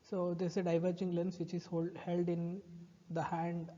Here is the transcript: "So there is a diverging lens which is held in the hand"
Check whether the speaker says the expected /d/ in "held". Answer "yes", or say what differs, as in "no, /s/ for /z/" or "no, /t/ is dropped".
yes